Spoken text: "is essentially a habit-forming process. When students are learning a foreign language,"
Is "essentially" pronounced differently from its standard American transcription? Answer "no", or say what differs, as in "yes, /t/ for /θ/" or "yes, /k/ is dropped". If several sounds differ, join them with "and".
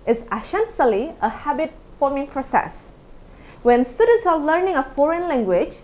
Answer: yes, /s/ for /ʃ/